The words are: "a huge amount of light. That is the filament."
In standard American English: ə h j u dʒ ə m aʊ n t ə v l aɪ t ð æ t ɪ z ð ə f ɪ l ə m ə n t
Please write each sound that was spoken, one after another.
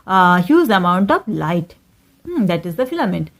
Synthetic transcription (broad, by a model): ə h j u z ə m aʊ n t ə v l aɪ t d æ t ɪ z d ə f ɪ l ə m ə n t